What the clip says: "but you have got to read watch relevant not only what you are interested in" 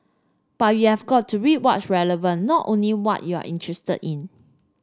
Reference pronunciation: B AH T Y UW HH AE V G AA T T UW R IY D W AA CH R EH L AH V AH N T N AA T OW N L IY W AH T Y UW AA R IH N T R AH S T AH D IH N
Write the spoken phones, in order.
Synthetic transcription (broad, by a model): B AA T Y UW HH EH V G AA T T UW R IY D W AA S R EH L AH V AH N T T OW N L IY W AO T Y UW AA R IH N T R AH S T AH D IH N